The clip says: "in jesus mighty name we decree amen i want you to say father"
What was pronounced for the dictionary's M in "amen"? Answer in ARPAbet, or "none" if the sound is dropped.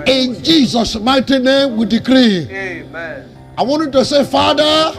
none